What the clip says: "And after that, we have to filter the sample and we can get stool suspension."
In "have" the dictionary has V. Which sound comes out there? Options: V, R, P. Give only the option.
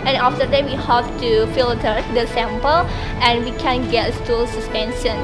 P